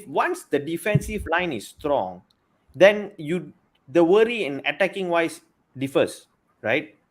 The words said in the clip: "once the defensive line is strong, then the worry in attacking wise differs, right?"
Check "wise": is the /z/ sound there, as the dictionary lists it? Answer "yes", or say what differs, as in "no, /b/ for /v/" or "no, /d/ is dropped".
no, /s/ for /z/